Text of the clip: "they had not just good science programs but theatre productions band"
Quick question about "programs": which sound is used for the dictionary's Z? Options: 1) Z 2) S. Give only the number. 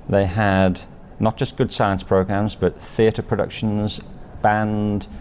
1